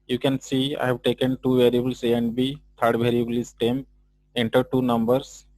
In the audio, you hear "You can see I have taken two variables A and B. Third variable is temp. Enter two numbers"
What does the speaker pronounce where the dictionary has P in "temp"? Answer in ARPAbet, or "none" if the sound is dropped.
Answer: none